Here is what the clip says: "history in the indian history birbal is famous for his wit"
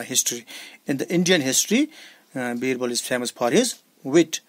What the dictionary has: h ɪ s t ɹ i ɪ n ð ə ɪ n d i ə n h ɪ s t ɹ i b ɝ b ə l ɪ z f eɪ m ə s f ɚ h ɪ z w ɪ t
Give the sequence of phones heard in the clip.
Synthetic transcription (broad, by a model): h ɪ s t ɹ i ɪ n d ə ɪ n d i ə n h ɪ s t ɹ i b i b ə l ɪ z f eɪ m ə s p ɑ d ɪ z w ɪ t